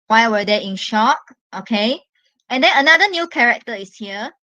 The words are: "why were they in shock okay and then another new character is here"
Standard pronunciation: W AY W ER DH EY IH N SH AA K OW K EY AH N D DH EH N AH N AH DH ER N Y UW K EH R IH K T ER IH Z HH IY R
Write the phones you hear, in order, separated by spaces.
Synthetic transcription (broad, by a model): W AY W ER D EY IH N SH AA K OW K EY AH N D EH N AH N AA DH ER N Y UW K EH R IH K T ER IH S HH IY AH